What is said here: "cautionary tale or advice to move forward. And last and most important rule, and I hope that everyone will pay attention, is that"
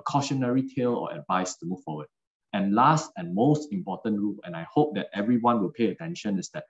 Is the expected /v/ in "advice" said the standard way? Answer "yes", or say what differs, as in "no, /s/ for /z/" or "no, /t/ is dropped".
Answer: yes